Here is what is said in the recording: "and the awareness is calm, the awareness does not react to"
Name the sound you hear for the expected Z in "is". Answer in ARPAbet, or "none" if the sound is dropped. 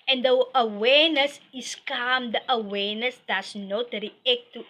S